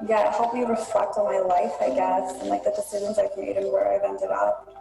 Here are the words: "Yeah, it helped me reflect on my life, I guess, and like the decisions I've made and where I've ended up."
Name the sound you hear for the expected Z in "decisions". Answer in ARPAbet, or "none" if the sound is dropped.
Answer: Z